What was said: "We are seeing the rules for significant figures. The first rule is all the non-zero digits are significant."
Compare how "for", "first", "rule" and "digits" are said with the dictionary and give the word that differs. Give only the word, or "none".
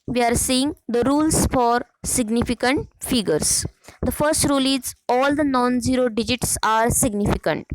none